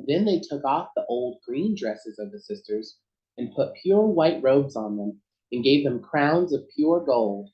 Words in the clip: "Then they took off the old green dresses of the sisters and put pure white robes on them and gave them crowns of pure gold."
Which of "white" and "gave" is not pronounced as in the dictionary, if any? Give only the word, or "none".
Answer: none